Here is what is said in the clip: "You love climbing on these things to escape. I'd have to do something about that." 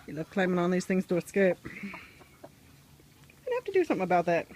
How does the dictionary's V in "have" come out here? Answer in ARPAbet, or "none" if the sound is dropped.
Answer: F